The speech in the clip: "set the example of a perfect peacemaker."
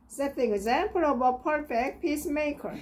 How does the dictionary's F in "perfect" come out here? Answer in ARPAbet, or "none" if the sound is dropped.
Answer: F